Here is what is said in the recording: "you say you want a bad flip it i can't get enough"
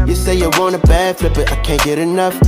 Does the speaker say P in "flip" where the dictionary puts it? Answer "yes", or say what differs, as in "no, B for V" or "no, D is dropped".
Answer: no, B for P